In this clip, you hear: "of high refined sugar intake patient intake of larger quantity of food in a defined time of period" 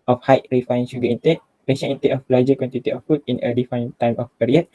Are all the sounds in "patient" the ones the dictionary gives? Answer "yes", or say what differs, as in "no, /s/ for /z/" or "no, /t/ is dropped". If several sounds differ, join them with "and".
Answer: no, /t/ is dropped